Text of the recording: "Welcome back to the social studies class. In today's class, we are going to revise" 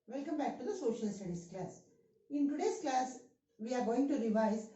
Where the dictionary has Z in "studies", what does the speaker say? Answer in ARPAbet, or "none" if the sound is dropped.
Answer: S